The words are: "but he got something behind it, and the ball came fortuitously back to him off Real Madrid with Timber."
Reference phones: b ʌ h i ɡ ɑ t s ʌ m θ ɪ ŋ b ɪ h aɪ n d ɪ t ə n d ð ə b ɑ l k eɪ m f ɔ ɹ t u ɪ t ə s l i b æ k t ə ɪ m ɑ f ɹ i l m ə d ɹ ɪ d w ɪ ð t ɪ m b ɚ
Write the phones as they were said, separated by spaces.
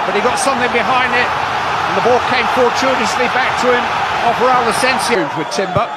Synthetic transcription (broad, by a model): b ʌ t i ɡ ɑ t s ʌ m θ ɪ ŋ b ɪ h aɪ n d ɪ t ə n ð ə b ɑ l k eɪ m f ɔ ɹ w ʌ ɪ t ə s l i b æ k t ə ɪ m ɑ p ɹ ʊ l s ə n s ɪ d w ɪ ð t ɪ m b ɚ